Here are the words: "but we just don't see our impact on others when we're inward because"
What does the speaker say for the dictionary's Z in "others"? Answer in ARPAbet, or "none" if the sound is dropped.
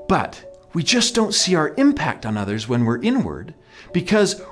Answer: Z